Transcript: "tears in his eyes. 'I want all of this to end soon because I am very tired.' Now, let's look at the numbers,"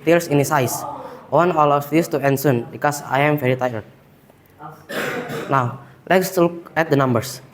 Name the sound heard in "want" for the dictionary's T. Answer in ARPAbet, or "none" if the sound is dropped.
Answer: none